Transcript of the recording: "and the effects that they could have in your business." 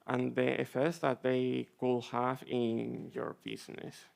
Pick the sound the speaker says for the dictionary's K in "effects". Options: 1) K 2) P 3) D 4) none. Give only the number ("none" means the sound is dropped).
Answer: 4